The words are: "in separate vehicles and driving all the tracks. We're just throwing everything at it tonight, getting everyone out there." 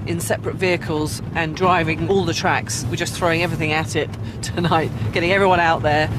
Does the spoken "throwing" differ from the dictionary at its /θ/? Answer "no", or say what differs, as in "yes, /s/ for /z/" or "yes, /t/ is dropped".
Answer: no